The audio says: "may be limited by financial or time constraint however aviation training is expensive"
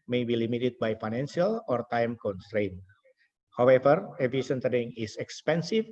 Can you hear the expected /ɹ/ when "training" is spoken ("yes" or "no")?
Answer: no